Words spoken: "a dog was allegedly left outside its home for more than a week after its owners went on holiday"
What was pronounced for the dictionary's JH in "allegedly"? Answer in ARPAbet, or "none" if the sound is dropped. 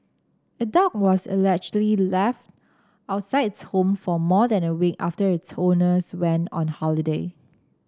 CH